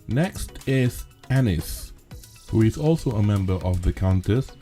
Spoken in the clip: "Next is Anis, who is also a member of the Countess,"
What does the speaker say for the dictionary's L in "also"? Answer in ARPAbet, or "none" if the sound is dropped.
L